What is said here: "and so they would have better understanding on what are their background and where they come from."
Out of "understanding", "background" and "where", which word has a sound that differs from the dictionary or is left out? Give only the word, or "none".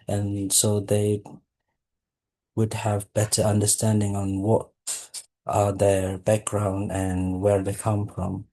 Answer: none